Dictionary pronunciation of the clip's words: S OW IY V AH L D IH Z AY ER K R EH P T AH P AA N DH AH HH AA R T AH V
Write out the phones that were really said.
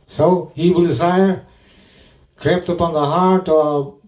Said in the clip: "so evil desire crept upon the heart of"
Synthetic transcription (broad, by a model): S OW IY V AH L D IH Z AY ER K R EH P T AH P AA N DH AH HH AA R T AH